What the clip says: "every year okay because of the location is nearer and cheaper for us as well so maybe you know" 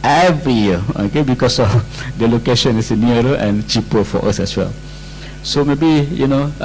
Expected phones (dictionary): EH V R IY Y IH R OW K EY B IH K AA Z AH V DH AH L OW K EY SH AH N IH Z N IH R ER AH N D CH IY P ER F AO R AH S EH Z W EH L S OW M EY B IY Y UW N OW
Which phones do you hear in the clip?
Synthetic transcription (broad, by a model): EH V R IY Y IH OW K EY B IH K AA S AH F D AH L OW K EY SH AH N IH S N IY ER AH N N CH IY P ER F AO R AH S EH S W EH L S OW M EY B IY Y UW N OW